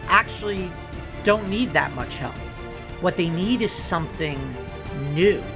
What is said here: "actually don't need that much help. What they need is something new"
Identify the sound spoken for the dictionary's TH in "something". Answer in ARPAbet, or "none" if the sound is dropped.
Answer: TH